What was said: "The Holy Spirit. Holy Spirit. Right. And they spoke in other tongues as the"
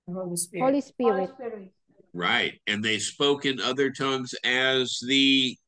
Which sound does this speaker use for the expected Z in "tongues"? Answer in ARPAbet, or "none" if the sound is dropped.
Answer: Z